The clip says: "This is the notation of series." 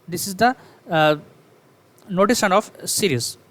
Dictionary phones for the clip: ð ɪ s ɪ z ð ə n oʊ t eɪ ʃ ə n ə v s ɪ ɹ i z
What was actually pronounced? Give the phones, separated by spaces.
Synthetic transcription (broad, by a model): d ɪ s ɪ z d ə n oʊ t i s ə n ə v s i ɹ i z